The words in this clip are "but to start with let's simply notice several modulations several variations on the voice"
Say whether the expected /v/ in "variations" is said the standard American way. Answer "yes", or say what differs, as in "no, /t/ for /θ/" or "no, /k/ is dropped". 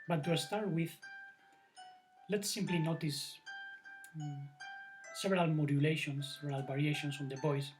no, /b/ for /v/